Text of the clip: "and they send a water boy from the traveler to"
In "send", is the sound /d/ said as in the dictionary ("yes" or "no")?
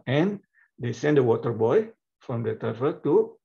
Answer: yes